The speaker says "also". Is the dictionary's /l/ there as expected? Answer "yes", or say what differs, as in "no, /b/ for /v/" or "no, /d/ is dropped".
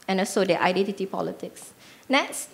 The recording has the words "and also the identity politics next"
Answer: no, /l/ is dropped